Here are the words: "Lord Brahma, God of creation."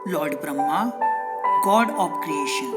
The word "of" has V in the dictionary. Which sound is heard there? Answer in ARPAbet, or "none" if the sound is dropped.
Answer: P